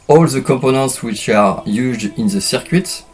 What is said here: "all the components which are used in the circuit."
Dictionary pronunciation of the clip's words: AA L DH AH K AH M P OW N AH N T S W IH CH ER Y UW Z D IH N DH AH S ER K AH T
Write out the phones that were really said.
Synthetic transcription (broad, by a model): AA L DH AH K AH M P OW N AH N T S W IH CH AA Y UW Z D IH N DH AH S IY K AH T